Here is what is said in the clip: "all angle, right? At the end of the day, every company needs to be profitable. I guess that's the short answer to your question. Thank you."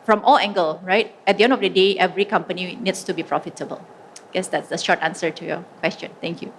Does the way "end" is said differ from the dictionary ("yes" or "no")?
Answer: no